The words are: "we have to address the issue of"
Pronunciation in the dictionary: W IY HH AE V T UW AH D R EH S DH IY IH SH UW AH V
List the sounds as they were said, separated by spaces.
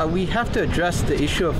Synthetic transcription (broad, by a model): W IY HH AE F T UW AH D R EH S DH IY IH SH UW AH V